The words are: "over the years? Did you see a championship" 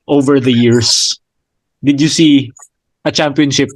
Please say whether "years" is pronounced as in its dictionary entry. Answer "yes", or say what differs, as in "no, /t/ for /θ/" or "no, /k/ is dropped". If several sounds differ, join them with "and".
no, /s/ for /z/